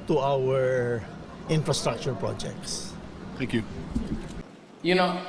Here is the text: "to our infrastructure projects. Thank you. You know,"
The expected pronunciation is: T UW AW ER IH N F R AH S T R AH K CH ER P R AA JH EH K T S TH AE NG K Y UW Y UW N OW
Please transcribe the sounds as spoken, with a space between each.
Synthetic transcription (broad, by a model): T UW AW ER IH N F R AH S T R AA K CH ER P R AA JH EH K T S T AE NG K Y UW Y UW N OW